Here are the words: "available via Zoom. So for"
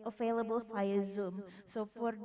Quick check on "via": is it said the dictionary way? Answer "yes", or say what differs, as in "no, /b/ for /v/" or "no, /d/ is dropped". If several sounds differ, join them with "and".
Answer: no, /f/ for /v/